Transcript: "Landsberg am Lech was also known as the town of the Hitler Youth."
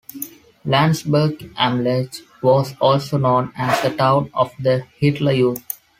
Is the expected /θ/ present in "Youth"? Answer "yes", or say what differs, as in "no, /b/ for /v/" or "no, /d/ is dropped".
no, /t/ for /θ/